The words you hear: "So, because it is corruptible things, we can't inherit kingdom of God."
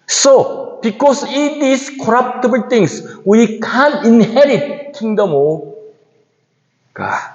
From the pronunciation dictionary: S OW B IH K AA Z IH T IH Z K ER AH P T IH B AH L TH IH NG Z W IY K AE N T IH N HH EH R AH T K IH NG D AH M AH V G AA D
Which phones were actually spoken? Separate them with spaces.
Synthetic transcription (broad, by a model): S OW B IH K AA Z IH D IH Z K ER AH P T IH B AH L T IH NG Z W IY K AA N IH N HH EH R AH T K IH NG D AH M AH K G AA